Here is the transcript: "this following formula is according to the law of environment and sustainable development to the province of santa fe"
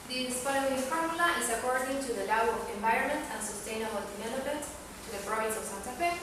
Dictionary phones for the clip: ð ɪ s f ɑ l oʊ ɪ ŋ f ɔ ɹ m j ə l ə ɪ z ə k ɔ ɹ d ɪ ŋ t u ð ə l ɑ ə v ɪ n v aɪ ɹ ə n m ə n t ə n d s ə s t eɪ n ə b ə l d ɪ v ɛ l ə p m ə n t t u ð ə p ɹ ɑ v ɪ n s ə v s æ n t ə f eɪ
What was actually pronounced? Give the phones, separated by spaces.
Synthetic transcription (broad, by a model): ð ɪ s p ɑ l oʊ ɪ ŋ f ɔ ɹ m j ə l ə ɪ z ə k ɔ ɹ d ɪ ŋ t u ð ə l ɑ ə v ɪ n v aɪ ɹ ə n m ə n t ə n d s ə s t eɪ n ə b ə l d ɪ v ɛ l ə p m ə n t t u ð ə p ɹ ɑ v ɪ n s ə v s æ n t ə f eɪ